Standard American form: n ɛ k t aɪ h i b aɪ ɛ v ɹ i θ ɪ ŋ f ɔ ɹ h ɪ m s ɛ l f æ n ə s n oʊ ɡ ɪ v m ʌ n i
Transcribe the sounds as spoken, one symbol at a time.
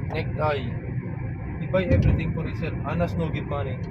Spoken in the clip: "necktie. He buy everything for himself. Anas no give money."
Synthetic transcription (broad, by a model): n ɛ k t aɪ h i b aɪ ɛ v ɹ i t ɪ ŋ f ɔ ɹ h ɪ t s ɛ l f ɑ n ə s n oʊ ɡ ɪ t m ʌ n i